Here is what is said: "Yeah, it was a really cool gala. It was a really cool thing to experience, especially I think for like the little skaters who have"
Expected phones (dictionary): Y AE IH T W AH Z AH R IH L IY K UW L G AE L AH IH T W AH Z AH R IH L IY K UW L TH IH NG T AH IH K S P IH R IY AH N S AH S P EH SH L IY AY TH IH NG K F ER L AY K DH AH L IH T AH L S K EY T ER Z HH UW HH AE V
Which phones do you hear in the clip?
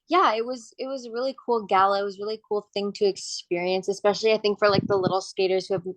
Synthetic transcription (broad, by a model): Y AE IH T W AH Z AH R IH L IY K UW L G AE L AH IH T W AH Z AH R IH L IY K UW L TH IH NG T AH IH K S P IH R IY AH N S AH S P EH SH L IY AY TH IH NG K F ER L AY K DH AH L IH T L S K EY T ER Z HH UW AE V